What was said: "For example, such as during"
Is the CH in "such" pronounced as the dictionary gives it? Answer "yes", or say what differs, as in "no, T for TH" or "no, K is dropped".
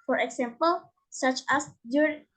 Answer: yes